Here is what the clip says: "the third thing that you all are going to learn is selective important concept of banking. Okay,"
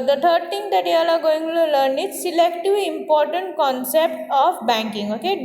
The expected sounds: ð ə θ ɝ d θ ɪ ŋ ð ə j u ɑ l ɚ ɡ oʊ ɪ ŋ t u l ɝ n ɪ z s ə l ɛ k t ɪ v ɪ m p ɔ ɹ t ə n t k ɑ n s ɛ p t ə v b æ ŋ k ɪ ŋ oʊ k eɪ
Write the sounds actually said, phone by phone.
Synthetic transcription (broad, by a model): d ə t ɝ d t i ŋ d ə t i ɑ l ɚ ɡ oʊ ɪ ŋ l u l ɝ n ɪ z s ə l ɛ k t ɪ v ɪ m p ɔ ɹ t ə n t k ɑ n s ɛ p t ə p b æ ŋ k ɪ ŋ oʊ k eɪ